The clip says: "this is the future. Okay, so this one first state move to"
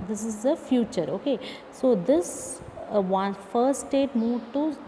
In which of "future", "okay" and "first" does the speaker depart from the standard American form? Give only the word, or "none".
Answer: first